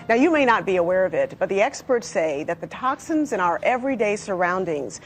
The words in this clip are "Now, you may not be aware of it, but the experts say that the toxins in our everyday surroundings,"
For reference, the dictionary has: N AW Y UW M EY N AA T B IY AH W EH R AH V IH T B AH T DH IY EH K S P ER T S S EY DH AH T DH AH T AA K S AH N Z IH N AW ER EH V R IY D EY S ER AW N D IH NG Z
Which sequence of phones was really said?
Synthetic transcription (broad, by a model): N AW Y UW M EY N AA T B IY AH W EH R AH V IH T B AH T DH IY EH K S P ER T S S EY DH AH T DH AH T AA K S AH N Z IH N AW ER EH V R IY D EY S ER AW N D IH NG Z